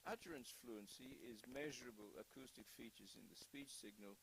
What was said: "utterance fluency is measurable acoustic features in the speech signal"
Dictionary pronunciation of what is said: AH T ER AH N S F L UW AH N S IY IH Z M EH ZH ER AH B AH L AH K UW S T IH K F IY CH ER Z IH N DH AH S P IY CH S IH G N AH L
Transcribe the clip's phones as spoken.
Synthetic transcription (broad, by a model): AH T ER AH N S F L UW AH N S IY IH Z M EH ZH ER AH B AH L AH K UW S T IH K F IY CH ER Z IH N DH AH S P IY CH S IH G N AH L